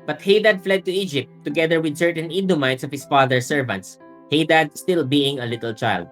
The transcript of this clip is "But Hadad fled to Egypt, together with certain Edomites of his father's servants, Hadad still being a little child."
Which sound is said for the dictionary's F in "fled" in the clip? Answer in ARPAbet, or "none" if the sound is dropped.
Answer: F